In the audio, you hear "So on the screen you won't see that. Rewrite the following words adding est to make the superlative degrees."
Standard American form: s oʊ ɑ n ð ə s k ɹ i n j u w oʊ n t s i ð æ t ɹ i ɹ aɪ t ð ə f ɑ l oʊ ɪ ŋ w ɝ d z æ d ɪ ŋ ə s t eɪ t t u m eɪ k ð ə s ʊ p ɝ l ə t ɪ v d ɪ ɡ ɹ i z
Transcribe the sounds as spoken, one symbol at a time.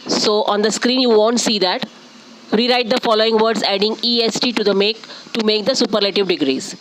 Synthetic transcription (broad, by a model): s oʊ ɑ n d ə s k ɹ i n j u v oʊ n t s i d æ t ɹ i ɹ aɪ t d ə f ɑ l oʊ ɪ ŋ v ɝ d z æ d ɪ ŋ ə s t eɪ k t u m eɪ k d ə s ʊ p ɝ l ə t ɪ v d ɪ ɡ ɹ i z